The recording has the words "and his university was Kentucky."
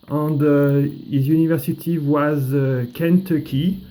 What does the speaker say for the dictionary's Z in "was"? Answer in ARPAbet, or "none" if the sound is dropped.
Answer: Z